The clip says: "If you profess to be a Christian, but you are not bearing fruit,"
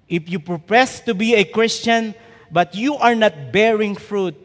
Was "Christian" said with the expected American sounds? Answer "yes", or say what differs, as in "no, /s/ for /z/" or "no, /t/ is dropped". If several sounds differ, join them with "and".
yes